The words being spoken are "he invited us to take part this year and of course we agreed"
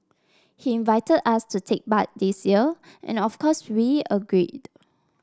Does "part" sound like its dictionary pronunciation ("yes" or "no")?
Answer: no